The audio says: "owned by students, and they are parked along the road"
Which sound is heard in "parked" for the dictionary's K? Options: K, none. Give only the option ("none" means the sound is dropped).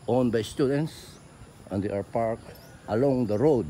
K